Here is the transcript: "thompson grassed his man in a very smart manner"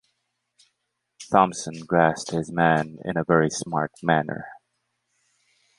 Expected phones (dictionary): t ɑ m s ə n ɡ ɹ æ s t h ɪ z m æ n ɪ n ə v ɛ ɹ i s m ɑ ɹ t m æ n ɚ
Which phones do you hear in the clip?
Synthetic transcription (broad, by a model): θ ɑ m s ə n ɡ ɹ æ s t h ɪ z m æ n ɪ n ə v ɛ ɹ i s m ɑ ɹ t m æ n ɚ